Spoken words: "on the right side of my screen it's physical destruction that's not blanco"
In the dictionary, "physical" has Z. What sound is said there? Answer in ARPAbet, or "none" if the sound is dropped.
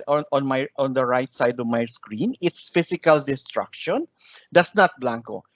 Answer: S